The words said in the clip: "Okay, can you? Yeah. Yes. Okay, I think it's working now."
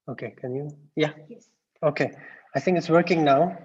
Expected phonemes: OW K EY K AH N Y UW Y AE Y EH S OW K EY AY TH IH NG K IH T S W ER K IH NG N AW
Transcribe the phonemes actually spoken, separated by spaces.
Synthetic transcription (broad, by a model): OW K EY K AH N Y UW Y Y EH OW K EY AY TH IH NG K IH T S W ER K IH NG N AW